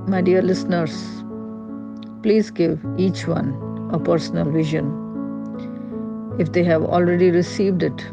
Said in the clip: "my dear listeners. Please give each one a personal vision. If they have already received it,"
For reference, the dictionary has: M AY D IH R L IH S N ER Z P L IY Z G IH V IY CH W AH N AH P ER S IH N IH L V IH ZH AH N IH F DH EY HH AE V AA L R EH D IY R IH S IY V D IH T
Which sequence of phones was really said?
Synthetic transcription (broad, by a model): M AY D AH R L IH S N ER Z P L IY Z G IH V IY CH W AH N AH P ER S N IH L V IH ZH AH N IH F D EY HH AE V AA L R EH D IY R IH S IY V D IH T